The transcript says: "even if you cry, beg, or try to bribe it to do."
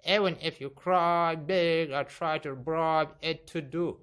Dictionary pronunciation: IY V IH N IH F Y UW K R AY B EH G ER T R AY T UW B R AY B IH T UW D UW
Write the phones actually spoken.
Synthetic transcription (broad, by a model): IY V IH N IH F Y UW K R AY B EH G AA T R AY T UW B R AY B IH T UW D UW